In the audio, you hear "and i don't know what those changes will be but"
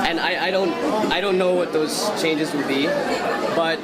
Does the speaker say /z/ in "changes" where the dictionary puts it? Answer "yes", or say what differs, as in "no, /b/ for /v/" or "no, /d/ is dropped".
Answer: yes